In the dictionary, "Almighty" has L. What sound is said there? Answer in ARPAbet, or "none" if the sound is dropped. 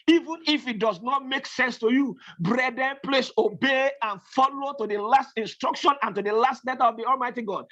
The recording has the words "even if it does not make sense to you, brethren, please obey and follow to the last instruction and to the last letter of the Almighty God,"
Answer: L